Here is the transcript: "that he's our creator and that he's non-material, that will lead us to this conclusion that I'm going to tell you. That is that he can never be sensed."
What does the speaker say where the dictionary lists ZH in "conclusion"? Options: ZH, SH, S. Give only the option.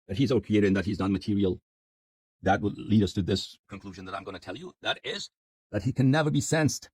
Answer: ZH